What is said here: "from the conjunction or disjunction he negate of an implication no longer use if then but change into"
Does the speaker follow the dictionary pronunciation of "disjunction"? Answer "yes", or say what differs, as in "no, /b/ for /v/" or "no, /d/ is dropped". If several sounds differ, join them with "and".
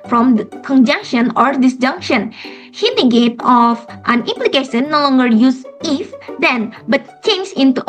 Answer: yes